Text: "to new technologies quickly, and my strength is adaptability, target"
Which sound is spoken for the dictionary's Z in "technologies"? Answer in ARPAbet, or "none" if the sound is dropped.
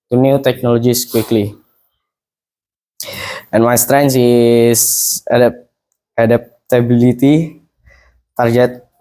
S